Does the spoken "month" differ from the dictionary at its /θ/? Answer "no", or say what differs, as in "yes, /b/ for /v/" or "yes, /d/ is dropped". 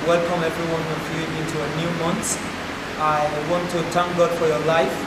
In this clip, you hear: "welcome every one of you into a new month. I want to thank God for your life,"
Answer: yes, /s/ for /θ/